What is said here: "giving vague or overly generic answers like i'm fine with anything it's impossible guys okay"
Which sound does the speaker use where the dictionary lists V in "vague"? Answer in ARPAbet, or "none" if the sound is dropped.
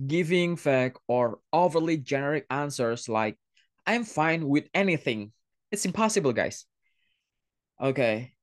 F